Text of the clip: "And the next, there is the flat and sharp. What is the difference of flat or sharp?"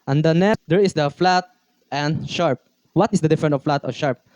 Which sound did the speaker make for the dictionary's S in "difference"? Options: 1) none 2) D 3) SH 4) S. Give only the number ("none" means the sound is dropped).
1